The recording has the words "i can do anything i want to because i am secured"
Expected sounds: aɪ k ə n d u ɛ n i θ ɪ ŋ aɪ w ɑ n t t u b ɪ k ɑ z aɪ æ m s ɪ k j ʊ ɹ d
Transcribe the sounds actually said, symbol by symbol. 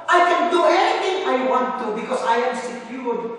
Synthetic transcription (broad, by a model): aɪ k ə n d u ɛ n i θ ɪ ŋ aɪ w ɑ n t t u b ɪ k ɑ s aɪ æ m s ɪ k j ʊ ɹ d